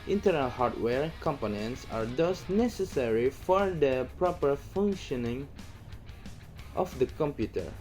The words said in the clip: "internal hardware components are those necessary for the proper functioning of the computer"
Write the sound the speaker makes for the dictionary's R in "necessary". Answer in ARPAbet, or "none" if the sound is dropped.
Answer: R